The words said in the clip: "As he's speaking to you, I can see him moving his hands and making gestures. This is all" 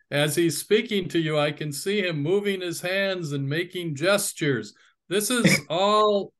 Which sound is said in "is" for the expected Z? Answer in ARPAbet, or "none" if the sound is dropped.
Z